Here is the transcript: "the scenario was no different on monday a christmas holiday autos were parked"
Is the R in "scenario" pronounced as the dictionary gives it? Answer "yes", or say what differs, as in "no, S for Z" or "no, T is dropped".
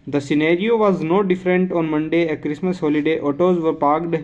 yes